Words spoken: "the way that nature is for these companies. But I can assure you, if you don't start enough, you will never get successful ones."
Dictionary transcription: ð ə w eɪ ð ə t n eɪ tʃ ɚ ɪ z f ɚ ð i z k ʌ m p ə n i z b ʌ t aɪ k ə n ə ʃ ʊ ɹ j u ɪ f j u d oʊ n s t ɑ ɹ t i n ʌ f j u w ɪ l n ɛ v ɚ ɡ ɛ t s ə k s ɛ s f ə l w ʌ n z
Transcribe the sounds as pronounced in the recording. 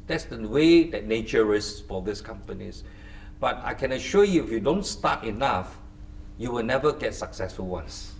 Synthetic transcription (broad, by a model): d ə w eɪ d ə t n eɪ tʃ ɚ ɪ s f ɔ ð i s k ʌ m p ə n i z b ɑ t aɪ k ə n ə ʃ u j u ɪ f j u d oʊ n s t ɑ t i n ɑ f j u w ɪ l n ɛ v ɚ ɡ ɛ t s ə k s ɛ s f ə l w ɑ n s